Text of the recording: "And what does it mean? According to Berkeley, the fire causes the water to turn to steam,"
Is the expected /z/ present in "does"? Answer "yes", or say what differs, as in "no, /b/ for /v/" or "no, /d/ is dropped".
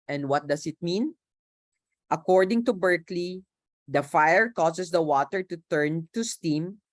no, /s/ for /z/